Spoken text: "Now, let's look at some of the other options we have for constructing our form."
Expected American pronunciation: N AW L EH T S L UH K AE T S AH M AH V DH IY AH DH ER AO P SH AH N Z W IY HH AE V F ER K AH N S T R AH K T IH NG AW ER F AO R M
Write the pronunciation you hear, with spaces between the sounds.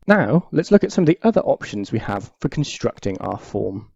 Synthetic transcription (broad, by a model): N AW L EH T S L UH K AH T S AH M AH V DH IY AH DH ER AO P SH AH N Z W IY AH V F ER K AH N S T R AH K T IH NG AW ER F AO M